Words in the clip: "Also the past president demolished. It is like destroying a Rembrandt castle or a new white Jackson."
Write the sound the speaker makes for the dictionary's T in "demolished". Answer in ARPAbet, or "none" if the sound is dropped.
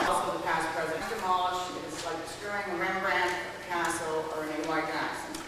none